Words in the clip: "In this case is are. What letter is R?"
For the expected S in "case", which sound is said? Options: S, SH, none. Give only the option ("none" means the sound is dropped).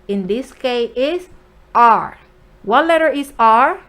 none